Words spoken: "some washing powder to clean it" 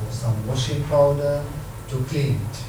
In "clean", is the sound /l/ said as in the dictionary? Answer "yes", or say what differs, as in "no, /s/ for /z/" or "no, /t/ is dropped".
no, /l/ is dropped